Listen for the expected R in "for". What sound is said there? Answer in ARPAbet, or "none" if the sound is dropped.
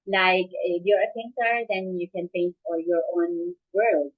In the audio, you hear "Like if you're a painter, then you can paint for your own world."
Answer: L